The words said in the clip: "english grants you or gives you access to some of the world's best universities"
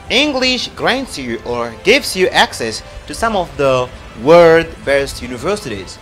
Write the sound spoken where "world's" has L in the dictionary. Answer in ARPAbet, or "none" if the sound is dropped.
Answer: none